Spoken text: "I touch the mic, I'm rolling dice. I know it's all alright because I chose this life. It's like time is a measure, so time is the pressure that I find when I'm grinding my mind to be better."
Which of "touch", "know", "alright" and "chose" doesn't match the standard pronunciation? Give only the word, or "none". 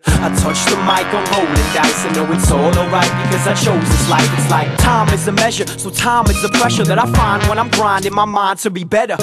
alright